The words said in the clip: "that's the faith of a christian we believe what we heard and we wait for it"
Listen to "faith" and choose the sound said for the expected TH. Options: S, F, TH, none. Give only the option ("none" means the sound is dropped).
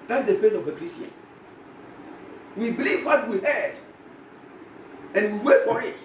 S